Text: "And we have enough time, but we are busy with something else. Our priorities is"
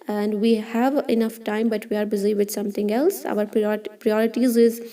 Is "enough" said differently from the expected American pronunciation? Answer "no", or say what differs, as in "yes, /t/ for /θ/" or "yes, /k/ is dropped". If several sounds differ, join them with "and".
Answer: no